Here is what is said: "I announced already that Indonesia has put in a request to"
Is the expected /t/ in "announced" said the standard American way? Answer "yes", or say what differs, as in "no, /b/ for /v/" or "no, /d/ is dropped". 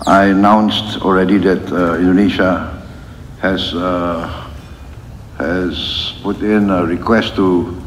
yes